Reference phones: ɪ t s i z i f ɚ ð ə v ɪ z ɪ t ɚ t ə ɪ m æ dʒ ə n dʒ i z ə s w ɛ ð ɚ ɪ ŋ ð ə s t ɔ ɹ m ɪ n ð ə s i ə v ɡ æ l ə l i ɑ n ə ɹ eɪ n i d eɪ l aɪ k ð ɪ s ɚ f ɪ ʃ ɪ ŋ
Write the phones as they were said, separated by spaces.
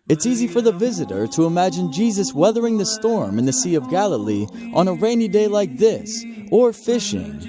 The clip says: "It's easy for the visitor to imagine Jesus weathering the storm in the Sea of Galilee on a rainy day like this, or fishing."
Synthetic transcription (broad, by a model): ɪ t s i z i f ɚ ð ə v ɪ z ɪ t ɚ t ə ɪ m æ dʒ ə n dʒ i z ə s w ɛ ð ɚ ɪ ŋ ð ə s t ɔ ɹ m ɪ n ð ə s i ə v ɡ æ l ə l i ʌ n ə ɹ eɪ n i d eɪ l aɪ k ð ɪ s ɚ f ɪ ʃ ɪ ŋ